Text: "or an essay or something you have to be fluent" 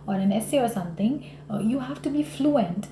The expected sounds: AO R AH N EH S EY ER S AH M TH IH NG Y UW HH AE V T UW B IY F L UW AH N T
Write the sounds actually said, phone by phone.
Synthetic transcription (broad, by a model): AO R AH N EH S EY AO S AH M T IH NG Y UW HH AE F T UW B IY F L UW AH N T